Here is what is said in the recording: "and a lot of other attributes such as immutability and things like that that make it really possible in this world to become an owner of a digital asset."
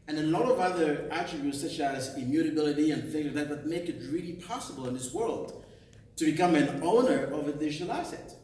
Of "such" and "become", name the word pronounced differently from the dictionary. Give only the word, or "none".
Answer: none